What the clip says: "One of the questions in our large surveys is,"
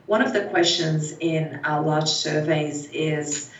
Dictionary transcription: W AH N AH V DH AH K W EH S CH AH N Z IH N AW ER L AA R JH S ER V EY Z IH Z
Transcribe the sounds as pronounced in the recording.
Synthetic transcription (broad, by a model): W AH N AH V DH AH K W EH S CH AH N Z IH N AW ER L AA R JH S ER V EY Z IH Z